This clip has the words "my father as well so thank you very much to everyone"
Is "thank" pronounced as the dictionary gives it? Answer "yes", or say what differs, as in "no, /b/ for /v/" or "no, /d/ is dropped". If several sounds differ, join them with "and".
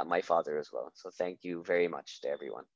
yes